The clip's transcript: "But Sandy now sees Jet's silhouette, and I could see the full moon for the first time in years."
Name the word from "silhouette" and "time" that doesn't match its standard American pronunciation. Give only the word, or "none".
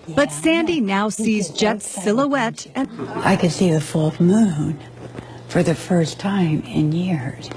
none